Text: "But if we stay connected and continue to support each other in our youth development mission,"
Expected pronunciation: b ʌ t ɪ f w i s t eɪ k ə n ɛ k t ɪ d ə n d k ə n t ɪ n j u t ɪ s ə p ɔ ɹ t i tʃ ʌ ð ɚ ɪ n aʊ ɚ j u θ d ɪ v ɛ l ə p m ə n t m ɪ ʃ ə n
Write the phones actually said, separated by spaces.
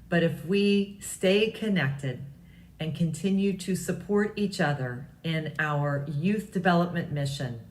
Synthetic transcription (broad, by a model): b ʌ t ɪ f w i s t eɪ k ə n ɛ k t ɪ d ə n k ə n t ɪ n j u t ɪ s ə p ɔ ɹ t i tʃ ʌ ð ɚ ɪ n aʊ ɚ j u θ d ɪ v ɛ l ə p m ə n m ɪ ʃ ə n